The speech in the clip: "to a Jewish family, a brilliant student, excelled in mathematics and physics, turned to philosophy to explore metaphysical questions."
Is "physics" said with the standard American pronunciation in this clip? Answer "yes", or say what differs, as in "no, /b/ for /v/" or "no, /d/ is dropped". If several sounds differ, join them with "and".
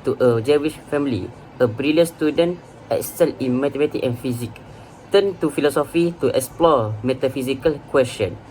no, /s/ is dropped